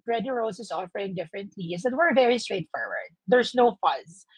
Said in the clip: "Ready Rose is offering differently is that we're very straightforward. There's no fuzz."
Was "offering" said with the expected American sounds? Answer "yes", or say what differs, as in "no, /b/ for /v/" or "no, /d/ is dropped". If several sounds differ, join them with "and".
yes